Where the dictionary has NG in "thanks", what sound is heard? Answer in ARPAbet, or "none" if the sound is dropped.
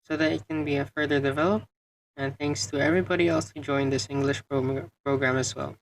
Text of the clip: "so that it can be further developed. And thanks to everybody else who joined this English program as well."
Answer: NG